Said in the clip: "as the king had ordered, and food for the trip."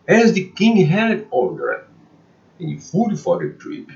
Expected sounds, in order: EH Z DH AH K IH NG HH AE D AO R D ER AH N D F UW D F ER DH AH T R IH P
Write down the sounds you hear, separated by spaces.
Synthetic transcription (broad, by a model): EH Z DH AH K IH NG HH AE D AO L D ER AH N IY F UW D F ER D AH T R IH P